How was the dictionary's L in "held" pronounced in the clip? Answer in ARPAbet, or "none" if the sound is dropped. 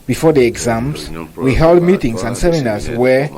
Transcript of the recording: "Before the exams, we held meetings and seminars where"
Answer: L